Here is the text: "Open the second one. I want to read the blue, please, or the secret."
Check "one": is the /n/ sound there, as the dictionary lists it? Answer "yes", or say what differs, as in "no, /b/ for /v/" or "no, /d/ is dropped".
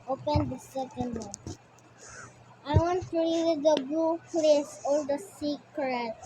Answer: no, /n/ is dropped